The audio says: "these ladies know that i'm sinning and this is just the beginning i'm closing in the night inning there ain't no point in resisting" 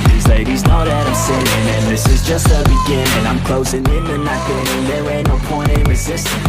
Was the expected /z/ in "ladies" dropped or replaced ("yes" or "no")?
no